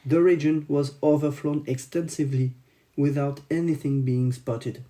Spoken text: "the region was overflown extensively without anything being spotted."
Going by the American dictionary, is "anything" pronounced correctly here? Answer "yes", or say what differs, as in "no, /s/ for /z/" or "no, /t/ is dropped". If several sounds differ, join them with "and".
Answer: yes